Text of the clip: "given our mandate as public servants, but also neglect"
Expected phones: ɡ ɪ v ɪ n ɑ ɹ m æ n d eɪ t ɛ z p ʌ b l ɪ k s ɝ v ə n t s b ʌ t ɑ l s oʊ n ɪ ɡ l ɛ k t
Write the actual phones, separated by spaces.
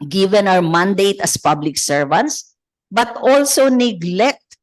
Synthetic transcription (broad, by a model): ɡ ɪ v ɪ n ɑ w m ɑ n d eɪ t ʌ s p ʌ b l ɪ k s ɝ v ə n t s b ʌ t ɑ l s oʊ n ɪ ɡ l ɛ k t